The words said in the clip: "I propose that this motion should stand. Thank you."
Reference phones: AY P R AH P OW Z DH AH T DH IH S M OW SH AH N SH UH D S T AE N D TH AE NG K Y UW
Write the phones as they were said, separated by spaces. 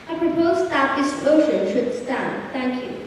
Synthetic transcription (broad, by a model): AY P R AH P OW Z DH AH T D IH S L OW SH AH N SH UH D S T AE N D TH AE NG K Y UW